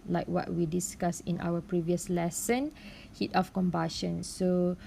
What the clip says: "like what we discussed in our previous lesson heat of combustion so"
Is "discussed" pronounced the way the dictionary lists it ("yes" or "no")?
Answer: no